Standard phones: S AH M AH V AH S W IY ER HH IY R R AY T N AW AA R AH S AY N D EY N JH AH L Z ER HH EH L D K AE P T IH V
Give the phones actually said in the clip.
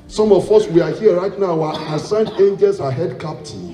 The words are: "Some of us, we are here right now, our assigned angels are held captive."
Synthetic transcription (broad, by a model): S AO M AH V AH S W IY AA HH IY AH R AY T N AW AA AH S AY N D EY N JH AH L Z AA HH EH D K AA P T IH